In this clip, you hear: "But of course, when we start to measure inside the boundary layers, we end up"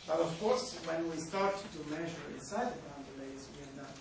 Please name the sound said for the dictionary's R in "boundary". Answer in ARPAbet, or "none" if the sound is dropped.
none